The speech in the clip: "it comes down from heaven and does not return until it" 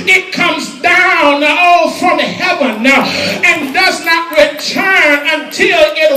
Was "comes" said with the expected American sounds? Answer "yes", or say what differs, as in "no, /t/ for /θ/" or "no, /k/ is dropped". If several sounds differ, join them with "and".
yes